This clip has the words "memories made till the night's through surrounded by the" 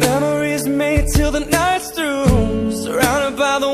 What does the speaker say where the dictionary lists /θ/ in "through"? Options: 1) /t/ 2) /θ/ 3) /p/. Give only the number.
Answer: 1